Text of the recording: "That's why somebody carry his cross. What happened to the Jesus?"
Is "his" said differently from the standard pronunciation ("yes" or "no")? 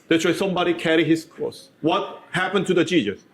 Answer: yes